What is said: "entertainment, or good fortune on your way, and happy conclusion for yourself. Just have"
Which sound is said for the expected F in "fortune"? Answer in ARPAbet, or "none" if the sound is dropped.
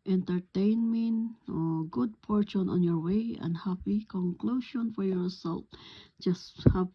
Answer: P